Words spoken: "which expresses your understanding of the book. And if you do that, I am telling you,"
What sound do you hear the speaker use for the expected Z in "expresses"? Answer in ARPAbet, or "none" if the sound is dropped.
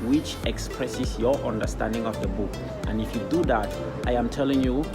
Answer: S